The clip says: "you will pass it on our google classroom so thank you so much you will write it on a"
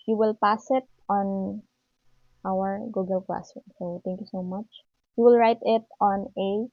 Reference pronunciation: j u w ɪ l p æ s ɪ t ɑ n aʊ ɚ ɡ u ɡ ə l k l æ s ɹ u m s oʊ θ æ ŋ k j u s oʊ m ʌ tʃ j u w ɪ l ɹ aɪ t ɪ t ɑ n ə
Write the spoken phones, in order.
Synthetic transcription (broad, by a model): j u w ɪ l p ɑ s ɪ t ɑ n aʊ ɚ ɡ u ɡ ə l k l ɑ s u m s oʊ t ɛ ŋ k j u s oʊ m ʌ tʃ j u w ɪ l ɹ aɪ t ɪ t ɑ n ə